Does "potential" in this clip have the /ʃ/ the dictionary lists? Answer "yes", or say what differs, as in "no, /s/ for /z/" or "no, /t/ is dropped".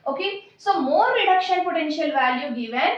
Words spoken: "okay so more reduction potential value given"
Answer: yes